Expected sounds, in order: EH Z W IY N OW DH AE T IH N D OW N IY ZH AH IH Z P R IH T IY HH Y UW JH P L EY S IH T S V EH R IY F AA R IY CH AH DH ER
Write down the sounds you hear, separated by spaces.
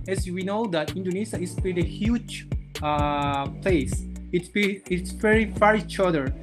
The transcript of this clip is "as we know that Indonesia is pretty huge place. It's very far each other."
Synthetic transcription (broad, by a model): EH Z W IY N OW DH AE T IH N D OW N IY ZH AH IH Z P IH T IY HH Y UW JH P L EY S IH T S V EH R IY F AA R IY CH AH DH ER